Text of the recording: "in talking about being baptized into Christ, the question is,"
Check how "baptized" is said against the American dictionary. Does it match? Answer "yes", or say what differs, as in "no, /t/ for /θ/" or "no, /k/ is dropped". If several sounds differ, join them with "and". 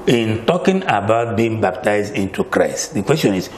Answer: yes